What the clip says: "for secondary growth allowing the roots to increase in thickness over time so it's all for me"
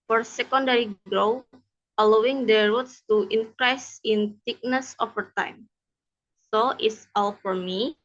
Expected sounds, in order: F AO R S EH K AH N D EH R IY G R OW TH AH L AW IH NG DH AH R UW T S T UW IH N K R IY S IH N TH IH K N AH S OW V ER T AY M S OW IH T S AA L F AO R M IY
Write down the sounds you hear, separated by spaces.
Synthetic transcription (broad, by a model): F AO R S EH K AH N D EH R IY G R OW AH L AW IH NG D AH R UW T S T UW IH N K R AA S IH N T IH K N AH S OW F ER T AY M S OW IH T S AA L F AO R M IY